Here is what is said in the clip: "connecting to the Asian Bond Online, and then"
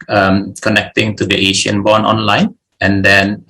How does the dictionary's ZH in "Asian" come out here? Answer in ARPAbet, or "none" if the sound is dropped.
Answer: SH